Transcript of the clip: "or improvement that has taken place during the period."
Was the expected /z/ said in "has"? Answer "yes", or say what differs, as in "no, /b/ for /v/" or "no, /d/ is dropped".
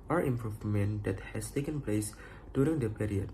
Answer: no, /s/ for /z/